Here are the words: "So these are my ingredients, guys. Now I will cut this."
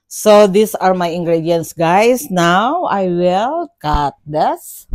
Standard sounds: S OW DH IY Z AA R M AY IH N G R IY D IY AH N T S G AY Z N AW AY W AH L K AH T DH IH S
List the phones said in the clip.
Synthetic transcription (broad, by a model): S OW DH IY S AA R M AY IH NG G R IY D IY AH N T S G AY S N AW AY W AH L K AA T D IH S